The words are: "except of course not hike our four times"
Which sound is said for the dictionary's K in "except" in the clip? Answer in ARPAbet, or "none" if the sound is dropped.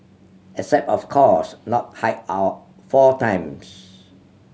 none